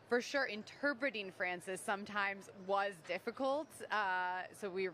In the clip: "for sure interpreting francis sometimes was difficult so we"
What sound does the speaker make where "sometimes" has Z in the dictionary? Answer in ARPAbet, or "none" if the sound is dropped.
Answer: Z